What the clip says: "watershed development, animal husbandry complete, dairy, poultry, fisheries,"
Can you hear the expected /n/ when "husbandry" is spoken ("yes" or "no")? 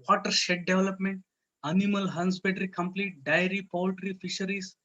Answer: no